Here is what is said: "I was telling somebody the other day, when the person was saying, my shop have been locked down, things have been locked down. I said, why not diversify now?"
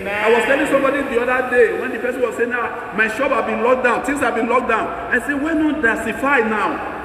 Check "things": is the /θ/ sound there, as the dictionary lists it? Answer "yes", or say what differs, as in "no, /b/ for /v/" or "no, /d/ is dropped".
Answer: no, /t/ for /θ/